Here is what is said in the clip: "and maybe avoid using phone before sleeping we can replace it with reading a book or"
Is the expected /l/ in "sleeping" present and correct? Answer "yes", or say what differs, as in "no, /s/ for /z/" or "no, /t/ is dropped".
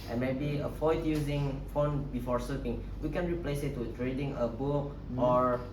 no, /l/ is dropped